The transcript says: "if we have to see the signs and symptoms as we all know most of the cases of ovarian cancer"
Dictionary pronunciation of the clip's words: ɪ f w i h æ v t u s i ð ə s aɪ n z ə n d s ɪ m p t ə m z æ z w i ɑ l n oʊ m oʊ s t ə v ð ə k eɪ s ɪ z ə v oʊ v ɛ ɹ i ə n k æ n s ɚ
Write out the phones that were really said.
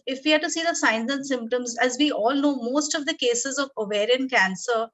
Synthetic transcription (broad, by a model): ɪ f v i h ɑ t u s i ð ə s aɪ n z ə n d s ɪ m p t ə m z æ z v i ɑ l n oʊ m oʊ s t ə v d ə k eɪ s ɪ z ə v oʊ v ɛ ɹ i ə n k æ n s ɚ